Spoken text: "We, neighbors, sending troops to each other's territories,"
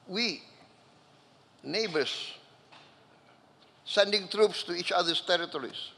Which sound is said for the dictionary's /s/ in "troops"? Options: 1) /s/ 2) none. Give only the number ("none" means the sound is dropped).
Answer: 1